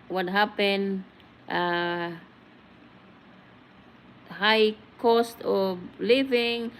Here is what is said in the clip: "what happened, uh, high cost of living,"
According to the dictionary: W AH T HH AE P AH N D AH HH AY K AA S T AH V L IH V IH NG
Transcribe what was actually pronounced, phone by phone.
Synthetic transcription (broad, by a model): W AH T HH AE P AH N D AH HH AY K AA S T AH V L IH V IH NG